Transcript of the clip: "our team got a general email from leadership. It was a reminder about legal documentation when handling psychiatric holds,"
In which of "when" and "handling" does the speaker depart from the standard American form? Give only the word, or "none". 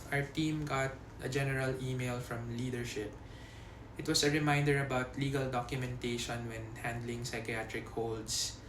none